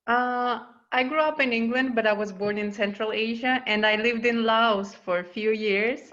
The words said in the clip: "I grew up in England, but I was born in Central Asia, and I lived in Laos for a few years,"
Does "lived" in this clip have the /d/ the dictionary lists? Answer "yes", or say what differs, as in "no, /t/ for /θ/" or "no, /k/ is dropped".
yes